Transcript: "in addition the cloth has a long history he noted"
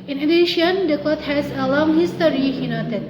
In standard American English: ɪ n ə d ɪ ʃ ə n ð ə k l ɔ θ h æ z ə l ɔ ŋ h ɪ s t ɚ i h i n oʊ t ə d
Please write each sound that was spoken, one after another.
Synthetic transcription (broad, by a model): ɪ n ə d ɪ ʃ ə n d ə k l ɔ t h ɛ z ə l ɔ ŋ h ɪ s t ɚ i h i n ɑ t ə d